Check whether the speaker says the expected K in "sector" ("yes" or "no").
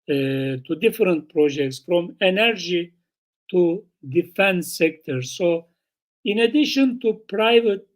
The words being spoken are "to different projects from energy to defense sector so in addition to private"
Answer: yes